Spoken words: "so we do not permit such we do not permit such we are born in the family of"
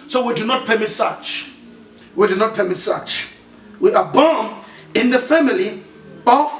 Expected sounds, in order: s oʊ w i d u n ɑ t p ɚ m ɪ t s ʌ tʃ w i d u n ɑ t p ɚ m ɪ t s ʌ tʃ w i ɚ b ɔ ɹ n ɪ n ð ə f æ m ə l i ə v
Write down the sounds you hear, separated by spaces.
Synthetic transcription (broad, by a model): s oʊ w i d u n ɑ t p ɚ m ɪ t s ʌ tʃ w i d u n ɑ t p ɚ m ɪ t s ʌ tʃ w i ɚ b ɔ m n ɪ n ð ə f æ m ə l i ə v